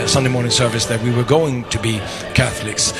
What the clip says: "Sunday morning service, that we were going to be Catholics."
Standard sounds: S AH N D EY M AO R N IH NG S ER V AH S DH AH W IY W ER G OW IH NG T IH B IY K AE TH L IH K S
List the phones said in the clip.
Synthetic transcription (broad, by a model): S AH N D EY M AO R N IH NG S ER V AH S DH AH W IY W ER G OW IH NG T IH B IY K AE TH L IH K S